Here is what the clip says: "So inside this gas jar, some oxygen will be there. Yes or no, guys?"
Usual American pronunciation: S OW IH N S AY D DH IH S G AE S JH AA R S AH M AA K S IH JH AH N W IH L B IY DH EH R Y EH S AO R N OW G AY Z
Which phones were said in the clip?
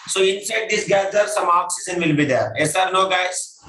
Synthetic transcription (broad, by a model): S OW IH N S AY D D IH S G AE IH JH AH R S AH M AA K S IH Z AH N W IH L B IY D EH R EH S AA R N OW G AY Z